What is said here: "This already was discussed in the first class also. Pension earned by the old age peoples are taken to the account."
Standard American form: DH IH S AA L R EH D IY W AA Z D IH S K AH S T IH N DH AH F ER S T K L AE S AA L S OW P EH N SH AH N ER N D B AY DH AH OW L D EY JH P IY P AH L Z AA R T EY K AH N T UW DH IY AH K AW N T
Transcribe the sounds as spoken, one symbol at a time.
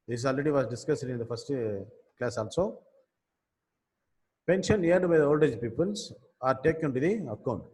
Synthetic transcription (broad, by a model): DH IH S AA L R EH D IY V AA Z D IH S K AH S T IH N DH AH F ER S T K L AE S AA L S OW P EH N SH AH N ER D B AY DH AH OW L D EY JH P IY P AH L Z AA R T EY K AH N T UW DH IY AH K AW N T